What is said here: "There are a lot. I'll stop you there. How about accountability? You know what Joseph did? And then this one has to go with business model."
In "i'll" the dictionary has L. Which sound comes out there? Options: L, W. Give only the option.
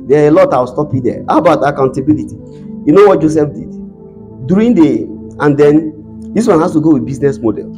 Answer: W